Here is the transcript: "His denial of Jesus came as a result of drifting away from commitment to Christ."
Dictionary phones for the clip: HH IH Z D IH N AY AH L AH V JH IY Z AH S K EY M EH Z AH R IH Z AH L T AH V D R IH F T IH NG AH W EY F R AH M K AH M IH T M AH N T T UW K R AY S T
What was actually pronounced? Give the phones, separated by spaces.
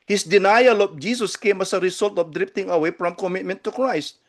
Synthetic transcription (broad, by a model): HH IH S D IH N AY AH L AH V JH IY S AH S K EY M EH S AH R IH S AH L T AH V D R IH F T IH NG AH W EY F R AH M K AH M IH T M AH N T T UW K R AY S T